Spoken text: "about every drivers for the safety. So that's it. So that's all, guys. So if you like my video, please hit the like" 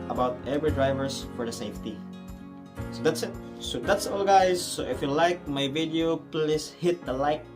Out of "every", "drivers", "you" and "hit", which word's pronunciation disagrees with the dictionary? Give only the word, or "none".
drivers